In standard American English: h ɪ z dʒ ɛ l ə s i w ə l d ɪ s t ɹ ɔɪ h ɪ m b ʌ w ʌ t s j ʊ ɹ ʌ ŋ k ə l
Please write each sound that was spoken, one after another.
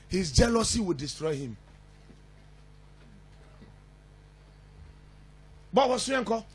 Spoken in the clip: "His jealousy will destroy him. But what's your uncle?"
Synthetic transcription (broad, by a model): h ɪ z dʒ ɛ l ə s i w ə l d ɪ s t ɹ ɔɪ h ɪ m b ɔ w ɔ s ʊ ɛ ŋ k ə